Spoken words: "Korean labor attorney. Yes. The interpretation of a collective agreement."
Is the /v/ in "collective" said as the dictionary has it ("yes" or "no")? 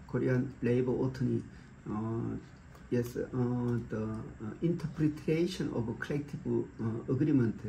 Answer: no